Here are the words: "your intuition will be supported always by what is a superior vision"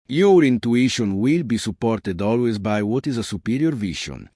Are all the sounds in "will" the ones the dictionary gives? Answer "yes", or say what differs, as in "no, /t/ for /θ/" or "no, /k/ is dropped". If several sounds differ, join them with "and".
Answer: yes